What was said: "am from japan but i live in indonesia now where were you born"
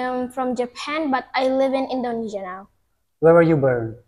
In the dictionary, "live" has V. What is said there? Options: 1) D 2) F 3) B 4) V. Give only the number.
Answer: 4